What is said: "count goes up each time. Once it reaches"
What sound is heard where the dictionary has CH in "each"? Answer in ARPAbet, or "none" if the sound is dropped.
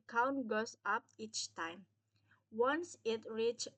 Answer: CH